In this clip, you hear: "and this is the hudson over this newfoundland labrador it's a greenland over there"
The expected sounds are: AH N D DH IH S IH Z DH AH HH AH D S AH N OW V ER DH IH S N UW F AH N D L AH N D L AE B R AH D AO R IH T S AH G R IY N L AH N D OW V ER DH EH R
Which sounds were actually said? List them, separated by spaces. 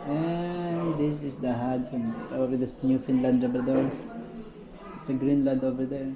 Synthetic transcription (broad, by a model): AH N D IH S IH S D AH HH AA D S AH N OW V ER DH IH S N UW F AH N L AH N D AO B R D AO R IH T S AH G R IY N L AH N D OW V ER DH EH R